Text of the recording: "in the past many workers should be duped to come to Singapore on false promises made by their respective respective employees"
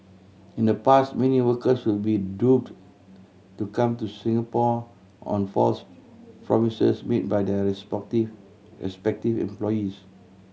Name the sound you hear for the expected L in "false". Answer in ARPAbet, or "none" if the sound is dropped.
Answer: L